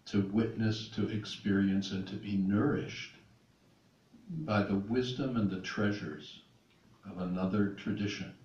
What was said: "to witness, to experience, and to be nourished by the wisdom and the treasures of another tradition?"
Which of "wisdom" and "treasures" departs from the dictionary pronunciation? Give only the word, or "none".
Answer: none